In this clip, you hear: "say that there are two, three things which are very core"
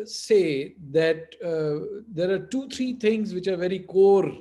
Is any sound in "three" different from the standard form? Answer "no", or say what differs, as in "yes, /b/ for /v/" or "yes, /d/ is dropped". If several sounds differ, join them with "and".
yes, /t/ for /θ/